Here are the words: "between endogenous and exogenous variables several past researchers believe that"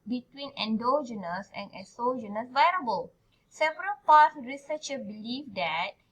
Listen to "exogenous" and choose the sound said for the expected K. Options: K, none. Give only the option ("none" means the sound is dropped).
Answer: none